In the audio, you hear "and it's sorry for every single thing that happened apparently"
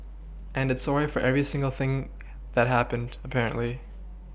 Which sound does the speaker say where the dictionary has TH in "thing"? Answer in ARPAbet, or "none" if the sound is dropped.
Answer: TH